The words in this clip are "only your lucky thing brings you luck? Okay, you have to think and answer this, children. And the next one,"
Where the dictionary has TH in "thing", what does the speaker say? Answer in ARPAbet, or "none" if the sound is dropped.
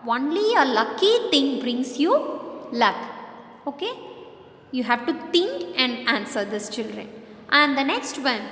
T